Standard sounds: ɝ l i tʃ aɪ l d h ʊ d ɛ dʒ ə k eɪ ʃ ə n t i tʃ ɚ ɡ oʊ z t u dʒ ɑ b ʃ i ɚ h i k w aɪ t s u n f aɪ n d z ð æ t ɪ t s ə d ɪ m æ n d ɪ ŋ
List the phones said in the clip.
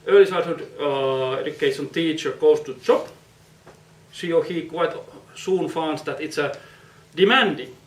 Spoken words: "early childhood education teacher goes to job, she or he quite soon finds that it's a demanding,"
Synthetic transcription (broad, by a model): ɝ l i s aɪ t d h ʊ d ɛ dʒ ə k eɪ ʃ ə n t i tʃ ɚ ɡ oʊ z t u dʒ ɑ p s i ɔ h i k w aɪ t s u n f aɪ n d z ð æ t ɪ t s ə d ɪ m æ n d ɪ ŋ